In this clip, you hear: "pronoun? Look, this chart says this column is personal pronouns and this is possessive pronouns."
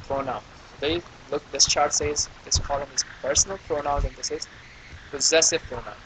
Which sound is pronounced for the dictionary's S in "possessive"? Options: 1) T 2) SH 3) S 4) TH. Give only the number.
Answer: 3